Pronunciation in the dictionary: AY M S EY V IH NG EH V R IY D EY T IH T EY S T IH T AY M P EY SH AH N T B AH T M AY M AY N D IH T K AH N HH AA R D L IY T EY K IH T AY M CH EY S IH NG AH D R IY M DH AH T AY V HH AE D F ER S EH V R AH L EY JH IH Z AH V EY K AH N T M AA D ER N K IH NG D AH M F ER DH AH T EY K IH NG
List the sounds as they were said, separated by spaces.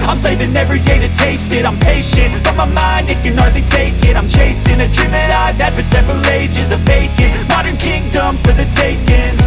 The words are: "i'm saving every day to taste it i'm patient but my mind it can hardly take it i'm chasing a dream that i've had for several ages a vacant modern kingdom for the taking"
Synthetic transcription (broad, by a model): AY M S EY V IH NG EH V R IY D EY T IH T EY S T IH T AY M P EY SH AH N T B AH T M AY M AY N D IH T K AH N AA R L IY T EY K IH T AY M CH EY S IH NG AH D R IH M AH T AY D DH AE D F ER S EH V R AH L EY JH IH Z AH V EY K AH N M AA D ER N K IH NG D AH M F ER DH AH T EY K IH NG